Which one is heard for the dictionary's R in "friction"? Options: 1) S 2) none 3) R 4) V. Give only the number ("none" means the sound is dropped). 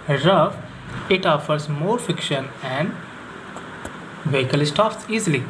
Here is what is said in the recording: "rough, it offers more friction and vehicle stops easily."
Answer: 2